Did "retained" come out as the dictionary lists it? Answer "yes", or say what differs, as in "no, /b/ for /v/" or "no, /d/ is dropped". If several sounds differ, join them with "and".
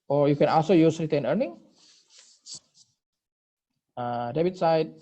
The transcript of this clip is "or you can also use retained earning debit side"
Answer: no, /d/ is dropped